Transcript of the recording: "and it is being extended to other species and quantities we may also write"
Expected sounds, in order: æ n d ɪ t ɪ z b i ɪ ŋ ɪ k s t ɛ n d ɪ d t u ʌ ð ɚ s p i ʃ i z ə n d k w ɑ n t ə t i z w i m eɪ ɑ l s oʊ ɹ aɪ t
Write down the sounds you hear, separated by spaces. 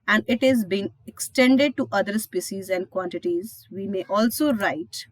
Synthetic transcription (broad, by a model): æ n d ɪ t ɪ z b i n ɪ k s t ɛ n d ɪ d t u ʌ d ɚ s p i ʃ i z ə n d k w ɑ n t ə t i z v i m eɪ ɑ l s oʊ ɹ aɪ t